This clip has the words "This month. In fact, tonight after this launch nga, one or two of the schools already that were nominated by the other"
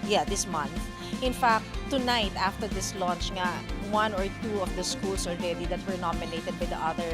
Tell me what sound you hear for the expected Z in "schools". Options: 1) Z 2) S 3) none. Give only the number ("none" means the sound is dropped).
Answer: 2